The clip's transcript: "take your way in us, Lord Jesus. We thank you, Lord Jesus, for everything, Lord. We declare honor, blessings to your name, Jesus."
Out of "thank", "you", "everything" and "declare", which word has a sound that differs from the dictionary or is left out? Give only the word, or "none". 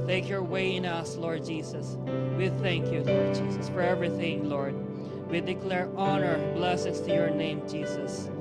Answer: none